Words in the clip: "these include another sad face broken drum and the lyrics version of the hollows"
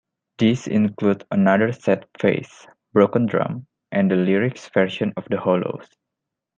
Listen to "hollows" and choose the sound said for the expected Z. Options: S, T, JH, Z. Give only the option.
S